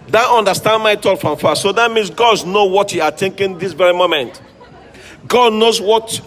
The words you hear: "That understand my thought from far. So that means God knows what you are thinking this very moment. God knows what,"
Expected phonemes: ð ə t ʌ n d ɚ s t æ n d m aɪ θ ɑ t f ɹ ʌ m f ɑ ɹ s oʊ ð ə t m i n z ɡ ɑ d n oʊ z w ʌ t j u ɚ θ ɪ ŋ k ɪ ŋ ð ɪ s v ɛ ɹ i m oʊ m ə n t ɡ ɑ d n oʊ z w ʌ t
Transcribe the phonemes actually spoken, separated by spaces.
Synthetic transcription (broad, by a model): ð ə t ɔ n d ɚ s t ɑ n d m aɪ t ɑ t f ɹ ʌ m f ɑ s oʊ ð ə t m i n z ɡ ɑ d n oʊ w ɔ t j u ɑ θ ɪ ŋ k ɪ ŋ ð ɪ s v ɛ ɹ i m oʊ m ə n t ɡ ɑ d n oʊ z w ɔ t